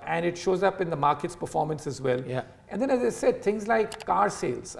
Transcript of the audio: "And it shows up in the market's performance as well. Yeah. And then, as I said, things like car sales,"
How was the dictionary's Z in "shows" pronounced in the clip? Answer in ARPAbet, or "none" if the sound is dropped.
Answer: Z